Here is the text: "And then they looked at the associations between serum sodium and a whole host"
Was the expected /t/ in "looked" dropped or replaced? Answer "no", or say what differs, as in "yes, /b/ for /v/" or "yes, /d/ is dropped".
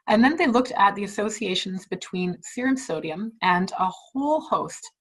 no